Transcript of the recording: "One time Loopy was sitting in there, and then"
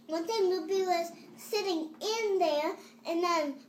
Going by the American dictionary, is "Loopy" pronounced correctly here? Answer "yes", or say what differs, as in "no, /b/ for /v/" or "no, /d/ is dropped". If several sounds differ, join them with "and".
no, /b/ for /p/